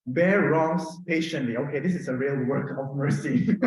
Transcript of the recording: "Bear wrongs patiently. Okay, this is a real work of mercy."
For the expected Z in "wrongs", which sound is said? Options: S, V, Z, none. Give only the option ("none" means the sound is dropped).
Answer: S